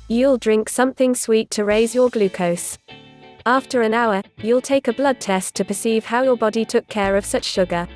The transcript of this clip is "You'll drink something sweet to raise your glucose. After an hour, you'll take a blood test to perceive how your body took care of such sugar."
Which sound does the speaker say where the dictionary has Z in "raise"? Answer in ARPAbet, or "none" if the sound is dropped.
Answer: Z